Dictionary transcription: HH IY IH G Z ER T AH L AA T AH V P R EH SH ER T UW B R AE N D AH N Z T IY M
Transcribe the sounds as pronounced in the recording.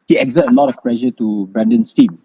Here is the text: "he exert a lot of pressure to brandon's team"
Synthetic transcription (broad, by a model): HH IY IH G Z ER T AH L AA T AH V P L EH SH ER T UW B R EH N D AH N S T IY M